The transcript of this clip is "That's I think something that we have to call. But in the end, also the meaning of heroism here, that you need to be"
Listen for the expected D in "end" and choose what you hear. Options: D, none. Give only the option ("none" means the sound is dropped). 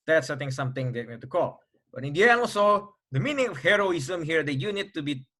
none